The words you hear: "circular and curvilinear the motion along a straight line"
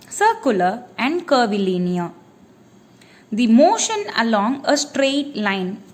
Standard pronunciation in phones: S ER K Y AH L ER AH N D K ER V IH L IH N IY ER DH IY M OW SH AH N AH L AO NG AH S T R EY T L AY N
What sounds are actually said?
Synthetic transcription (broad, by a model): S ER K Y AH L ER AH N D K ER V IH L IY N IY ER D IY M OW SH AH N AH L AO NG AH S T R EY T L AY N